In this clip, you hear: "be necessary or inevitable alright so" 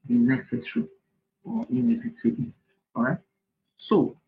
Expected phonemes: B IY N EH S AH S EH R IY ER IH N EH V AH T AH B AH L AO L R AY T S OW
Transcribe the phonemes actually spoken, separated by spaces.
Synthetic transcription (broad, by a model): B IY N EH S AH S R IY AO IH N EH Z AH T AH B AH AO R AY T S OW